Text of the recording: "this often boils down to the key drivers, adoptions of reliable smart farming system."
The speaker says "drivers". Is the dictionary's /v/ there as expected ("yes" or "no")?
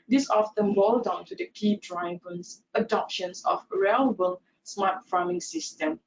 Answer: no